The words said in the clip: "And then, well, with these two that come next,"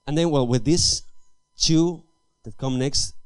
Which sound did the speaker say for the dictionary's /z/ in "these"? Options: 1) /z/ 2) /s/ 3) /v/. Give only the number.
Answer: 2